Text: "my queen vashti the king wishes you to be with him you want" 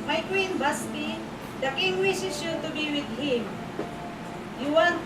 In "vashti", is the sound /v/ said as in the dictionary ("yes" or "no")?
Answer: no